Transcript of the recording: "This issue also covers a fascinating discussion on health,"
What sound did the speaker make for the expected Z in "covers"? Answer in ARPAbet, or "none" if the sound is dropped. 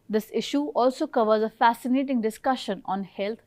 Z